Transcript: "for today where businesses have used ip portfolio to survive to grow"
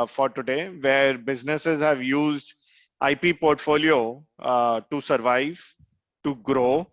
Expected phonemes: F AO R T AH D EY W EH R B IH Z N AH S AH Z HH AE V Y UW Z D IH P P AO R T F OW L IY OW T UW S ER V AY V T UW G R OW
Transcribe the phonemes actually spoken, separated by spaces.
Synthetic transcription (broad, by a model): F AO R T AH D EY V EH R B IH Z N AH S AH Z HH AE V Y UW Z D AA P P AO R T F OW L IY OW T UW S ER V AY V T UW G R OW